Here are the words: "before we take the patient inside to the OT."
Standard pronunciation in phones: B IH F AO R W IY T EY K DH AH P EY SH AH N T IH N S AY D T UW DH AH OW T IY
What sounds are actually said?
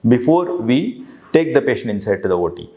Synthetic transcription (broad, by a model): B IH F AO R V IY T EY K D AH P EY SH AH N IH N S AY D T UW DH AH OW T IY